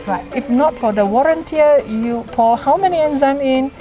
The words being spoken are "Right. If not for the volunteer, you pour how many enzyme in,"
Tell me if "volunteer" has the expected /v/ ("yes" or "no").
no